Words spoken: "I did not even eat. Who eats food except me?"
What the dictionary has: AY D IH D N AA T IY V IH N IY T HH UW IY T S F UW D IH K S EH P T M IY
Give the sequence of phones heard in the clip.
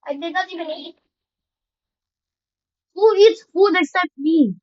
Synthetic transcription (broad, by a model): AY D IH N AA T IY V IH N IY T HH UW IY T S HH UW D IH S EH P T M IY